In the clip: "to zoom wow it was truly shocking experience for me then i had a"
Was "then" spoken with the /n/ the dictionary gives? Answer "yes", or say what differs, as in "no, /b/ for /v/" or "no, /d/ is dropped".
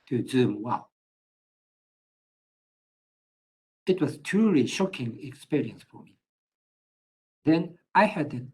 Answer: yes